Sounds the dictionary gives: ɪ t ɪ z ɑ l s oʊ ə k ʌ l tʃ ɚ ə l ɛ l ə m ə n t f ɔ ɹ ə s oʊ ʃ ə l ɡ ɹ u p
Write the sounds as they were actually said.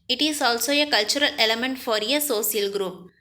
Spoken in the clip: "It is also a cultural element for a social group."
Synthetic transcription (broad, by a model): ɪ t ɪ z ɑ l s oʊ ə k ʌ l tʃ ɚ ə l ɛ l ə m ə n t f ɔ ɹ ə s oʊ s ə l ɡ ɹ u p